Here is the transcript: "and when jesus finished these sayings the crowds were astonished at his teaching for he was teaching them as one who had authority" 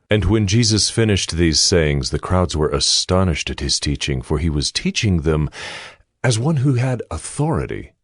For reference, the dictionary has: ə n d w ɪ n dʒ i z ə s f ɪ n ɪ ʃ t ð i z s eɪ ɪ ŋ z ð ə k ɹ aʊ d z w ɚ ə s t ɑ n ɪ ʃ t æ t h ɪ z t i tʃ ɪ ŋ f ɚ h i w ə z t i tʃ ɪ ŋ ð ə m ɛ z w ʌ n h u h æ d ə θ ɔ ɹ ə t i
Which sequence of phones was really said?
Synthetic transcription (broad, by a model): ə n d w ɪ n dʒ i z ə s f ɪ n ɪ ʃ t ð i z s eɪ ɪ ŋ z ð ə k ɹ aʊ d z w ɚ ə s t ɑ n ɪ ʃ t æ t h ɪ z t i tʃ ɪ ŋ f ɚ i w ə z t i tʃ ɪ ŋ ð ə m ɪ z w ʌ n h u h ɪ d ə θ ɔ ɹ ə t i